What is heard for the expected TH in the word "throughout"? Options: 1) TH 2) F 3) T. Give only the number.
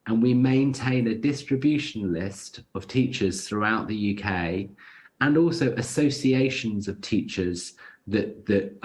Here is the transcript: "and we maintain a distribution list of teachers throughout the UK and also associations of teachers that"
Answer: 1